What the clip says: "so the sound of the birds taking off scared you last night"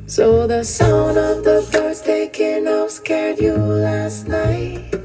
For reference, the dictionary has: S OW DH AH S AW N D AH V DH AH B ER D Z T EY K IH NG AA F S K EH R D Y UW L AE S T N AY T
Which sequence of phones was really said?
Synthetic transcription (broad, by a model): S OW DH AH S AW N AH V DH AH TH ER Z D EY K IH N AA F S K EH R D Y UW L AE S T N AY T